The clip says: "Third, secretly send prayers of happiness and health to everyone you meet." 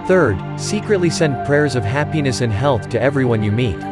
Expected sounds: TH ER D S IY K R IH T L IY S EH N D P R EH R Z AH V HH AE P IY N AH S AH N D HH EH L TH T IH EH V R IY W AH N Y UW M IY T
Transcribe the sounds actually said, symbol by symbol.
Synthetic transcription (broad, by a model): TH ER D S IY K R IH T L IY S EH N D P R EH R Z AH V HH AE P IY N AH S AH N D HH EH L TH T IH EH V R IY W AH N Y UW M IY T